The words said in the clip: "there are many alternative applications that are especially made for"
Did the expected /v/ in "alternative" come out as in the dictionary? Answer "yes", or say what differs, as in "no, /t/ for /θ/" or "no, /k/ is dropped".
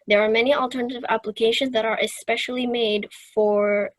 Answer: yes